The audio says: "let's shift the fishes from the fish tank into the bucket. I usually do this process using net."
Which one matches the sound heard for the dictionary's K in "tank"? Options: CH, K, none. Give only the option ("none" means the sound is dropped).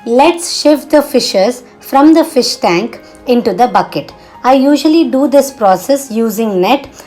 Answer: K